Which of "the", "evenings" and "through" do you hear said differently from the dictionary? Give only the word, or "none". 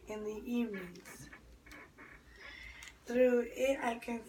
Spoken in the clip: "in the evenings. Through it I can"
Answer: evenings